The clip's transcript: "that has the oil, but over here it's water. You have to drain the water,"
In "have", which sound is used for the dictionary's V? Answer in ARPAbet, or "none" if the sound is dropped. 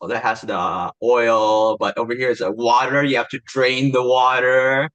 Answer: F